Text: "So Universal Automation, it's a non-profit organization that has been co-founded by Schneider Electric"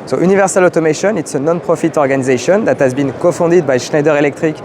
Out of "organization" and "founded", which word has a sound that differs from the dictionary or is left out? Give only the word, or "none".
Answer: founded